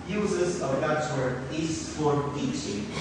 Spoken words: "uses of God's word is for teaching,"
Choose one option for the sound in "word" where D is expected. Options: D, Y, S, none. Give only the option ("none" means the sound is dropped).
none